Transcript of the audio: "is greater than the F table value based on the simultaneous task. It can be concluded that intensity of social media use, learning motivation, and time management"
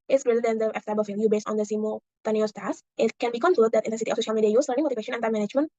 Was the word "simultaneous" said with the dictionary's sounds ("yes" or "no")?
no